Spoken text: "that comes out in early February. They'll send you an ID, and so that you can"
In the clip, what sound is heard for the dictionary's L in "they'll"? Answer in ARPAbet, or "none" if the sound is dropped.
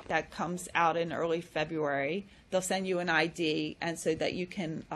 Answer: L